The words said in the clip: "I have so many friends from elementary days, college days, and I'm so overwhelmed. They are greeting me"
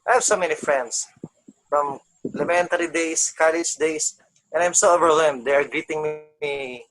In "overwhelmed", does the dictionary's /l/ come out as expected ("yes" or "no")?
no